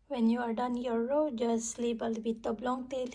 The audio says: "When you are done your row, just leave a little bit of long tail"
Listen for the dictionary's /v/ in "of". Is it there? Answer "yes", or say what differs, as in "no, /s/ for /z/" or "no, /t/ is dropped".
no, /b/ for /v/